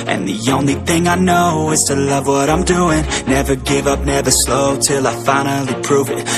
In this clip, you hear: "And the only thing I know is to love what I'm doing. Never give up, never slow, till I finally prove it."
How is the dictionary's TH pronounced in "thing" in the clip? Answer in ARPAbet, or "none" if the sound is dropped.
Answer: TH